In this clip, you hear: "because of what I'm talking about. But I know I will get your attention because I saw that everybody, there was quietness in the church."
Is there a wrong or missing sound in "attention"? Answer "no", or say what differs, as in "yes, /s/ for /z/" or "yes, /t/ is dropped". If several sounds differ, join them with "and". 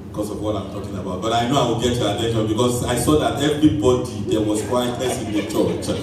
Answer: yes, /ʃ/ is dropped